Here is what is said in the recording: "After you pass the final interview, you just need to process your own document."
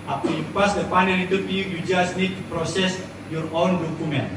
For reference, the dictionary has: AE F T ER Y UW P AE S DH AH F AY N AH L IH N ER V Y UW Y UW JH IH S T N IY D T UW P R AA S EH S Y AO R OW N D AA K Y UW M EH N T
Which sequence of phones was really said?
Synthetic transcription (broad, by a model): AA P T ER Y UW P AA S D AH P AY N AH N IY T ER P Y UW Y UW JH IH S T N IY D T UW P R AA S EH S Y AO R OW N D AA K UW M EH N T